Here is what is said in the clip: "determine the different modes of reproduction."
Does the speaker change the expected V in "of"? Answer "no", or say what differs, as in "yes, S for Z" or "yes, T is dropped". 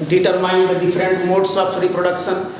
yes, P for V